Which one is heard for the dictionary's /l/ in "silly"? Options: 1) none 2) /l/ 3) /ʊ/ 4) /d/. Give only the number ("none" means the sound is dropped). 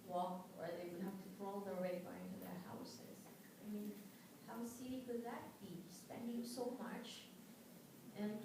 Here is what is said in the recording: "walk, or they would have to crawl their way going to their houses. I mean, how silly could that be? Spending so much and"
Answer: 1